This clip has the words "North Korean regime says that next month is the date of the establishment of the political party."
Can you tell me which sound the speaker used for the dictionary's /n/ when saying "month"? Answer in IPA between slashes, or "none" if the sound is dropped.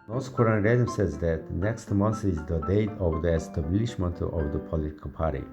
/n/